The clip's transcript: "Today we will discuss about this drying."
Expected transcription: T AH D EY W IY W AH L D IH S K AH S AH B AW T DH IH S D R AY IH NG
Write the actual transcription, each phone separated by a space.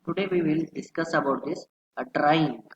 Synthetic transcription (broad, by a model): T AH D EY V IY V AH L D IH S K AH S AH B AW T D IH S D R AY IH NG